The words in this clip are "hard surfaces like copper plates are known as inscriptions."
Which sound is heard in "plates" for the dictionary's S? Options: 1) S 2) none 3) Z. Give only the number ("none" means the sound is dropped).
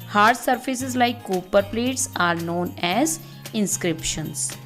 1